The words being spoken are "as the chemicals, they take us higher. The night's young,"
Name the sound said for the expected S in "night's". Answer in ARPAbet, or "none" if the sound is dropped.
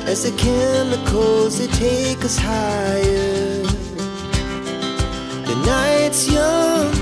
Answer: S